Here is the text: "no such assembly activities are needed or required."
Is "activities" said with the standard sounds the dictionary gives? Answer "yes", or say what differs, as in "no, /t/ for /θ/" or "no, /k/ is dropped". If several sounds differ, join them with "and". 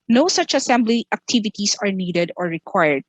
no, /s/ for /z/